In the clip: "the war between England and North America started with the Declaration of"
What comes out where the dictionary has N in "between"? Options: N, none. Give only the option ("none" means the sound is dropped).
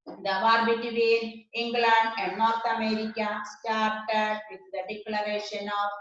none